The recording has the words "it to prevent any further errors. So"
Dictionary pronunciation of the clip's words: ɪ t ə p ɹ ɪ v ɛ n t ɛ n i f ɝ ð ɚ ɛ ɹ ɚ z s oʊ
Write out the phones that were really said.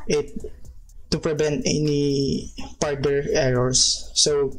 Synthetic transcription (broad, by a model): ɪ t ə p ɹ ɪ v ɛ n t ɛ n i p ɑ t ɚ ɛ ɹ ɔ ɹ s oʊ